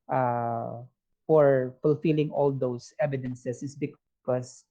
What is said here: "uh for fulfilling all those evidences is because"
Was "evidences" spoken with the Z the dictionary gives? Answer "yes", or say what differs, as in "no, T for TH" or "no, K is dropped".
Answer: no, S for Z